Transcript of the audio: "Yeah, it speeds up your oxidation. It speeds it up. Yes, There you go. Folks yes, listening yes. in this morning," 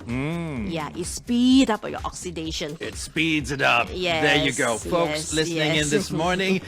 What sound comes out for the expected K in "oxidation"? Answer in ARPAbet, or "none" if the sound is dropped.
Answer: K